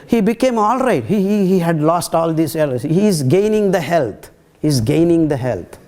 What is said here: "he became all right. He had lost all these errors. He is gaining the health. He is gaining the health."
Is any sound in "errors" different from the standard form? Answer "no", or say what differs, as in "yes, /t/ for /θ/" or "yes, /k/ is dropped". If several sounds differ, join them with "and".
yes, /l/ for /ɹ/